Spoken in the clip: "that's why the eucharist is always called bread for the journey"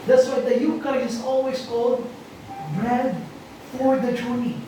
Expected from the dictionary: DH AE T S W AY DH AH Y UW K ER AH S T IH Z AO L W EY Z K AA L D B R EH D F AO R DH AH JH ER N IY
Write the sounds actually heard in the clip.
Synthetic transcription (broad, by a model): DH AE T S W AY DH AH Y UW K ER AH T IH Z AO L W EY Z K AA L D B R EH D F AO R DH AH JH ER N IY